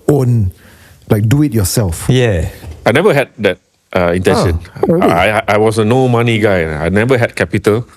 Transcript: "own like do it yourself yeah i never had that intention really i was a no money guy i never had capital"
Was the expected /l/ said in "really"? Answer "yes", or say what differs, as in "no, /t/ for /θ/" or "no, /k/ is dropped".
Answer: no, /l/ is dropped